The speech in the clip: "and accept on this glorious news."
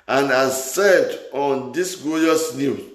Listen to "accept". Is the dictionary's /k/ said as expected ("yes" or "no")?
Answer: no